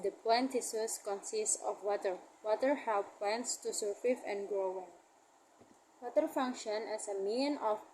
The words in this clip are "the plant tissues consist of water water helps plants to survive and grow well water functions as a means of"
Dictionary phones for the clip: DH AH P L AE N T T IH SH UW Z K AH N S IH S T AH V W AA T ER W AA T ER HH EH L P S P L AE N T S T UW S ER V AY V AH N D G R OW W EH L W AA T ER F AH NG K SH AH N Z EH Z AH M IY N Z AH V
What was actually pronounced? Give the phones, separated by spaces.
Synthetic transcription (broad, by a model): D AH P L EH N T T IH S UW S K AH N S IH S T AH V W AA T ER W AA T ER HH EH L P P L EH N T S T UW S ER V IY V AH N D G R OW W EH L W AA T ER F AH NG K SH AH N EH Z AH M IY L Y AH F